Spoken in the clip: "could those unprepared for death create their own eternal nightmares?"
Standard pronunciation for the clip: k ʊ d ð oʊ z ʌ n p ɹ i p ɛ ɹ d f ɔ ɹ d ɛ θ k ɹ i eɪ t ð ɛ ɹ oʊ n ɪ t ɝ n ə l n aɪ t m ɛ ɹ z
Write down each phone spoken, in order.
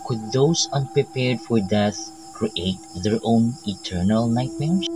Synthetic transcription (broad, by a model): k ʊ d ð oʊ s ʌ n p ɹ i p ɛ ɹ d f ɔ ɹ d ɛ θ k ɹ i eɪ t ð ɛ ɹ oʊ n ɪ t ɝ n ə l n aɪ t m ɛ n